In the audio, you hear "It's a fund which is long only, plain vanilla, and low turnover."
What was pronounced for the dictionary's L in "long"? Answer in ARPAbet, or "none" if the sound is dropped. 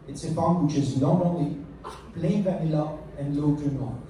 N